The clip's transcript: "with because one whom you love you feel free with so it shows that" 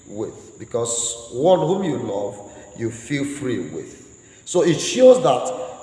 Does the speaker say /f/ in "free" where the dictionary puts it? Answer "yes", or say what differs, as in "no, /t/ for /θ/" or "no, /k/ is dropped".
yes